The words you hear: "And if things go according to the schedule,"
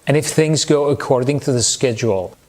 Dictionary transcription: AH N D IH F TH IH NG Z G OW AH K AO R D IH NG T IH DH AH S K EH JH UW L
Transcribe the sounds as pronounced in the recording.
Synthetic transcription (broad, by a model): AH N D IH F TH IH NG Z G OW AH K AO R D IH NG T IH DH AH S K EH JH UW L